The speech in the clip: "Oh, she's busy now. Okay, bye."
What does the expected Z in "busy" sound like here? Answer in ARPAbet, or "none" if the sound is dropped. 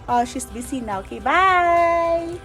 S